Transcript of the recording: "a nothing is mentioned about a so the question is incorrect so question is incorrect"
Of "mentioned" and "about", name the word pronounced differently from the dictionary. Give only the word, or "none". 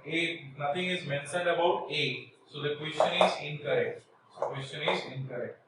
mentioned